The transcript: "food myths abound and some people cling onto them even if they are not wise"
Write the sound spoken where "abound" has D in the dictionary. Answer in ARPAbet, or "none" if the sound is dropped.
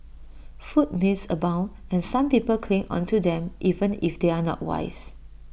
none